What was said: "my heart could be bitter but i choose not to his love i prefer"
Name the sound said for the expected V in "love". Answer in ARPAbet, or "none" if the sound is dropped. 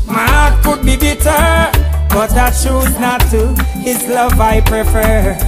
V